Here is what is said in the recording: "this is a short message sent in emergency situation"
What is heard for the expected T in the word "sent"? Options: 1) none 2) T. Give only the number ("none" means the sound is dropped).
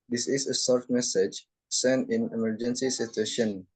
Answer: 1